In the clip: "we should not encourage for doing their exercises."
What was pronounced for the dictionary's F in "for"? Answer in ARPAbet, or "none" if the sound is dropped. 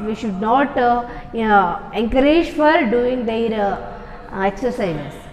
F